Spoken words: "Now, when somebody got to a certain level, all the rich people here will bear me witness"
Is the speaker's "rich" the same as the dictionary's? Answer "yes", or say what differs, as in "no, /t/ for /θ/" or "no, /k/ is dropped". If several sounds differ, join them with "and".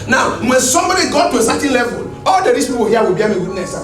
no, /s/ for /tʃ/